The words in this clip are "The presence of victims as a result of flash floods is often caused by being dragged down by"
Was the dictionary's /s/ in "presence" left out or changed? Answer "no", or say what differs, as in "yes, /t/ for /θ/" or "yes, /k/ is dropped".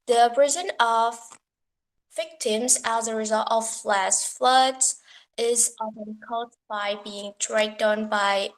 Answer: yes, /s/ is dropped